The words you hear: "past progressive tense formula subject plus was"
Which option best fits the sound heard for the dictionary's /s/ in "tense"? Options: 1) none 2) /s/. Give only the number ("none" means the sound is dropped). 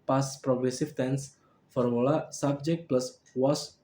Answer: 2